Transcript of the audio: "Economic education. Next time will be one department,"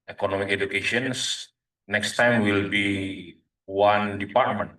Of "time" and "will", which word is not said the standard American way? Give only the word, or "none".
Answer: none